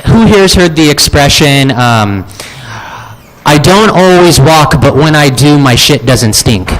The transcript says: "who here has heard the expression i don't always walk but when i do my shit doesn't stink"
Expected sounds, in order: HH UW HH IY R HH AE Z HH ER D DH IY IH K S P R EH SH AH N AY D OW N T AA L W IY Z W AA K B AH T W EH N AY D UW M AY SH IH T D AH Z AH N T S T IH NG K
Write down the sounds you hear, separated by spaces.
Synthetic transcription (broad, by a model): HH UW HH IY R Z HH ER D DH IY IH K S P R EH SH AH N AY D OW N T AA L W IY Z W AA K B AH T W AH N AY D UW M AY SH IH T D AH Z AH N T S T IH NG K